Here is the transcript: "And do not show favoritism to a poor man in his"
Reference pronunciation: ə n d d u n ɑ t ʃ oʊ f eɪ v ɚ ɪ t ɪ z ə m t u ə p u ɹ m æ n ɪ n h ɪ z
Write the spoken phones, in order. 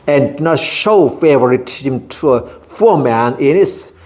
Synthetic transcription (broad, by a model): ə n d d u n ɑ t ʃ oʊ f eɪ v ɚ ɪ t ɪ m t u ə f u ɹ m æ n ɪ n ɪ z